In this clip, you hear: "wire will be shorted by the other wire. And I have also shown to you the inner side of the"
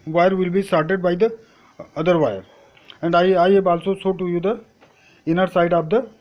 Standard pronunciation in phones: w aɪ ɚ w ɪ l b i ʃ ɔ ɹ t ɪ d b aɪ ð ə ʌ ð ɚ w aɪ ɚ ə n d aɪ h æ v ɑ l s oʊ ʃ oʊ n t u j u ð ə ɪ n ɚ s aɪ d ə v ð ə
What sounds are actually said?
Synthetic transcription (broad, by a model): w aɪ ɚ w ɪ l b i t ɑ ɹ t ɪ d b aɪ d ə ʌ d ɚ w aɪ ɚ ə n d aɪ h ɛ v ɑ l s oʊ s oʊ t u j u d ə ɪ n ɚ s aɪ d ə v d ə